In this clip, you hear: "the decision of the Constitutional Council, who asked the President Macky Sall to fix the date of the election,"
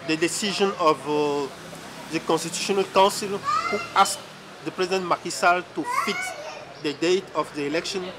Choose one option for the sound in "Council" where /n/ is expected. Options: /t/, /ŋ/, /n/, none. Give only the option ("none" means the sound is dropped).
none